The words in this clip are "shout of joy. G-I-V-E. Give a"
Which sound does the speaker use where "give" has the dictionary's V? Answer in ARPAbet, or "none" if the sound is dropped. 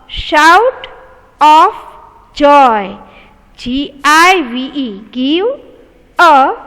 W